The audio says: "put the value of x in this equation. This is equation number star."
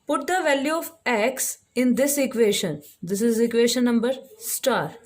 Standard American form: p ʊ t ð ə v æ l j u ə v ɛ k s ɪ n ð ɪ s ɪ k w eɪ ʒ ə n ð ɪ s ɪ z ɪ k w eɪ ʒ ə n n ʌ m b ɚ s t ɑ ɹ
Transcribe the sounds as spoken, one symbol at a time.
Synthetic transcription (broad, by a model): p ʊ t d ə v æ l j u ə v ɛ k s ɪ n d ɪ s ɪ k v eɪ ʃ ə n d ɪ s ɪ z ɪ k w eɪ ʃ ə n n ʌ m b ɚ s t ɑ ɹ